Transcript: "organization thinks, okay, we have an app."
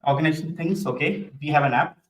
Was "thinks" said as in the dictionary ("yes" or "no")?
no